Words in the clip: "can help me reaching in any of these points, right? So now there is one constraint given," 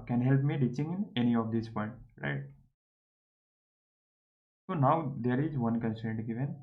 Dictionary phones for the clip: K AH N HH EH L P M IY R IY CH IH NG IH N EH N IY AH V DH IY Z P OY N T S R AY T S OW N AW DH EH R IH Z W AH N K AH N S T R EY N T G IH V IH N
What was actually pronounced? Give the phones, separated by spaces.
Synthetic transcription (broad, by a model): K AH N HH EH L P M IY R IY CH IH NG IH N EH N IY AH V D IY S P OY N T R AY T S OW N AW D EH R IH Z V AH N K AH N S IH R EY N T G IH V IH N